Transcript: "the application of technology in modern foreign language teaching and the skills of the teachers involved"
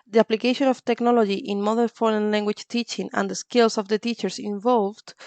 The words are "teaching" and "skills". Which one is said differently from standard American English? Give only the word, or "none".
skills